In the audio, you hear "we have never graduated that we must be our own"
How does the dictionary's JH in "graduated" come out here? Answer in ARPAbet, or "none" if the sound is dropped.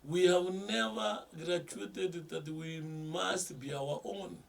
CH